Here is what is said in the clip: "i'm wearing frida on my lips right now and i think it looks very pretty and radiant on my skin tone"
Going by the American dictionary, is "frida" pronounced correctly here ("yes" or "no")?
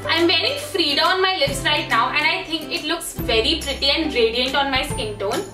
yes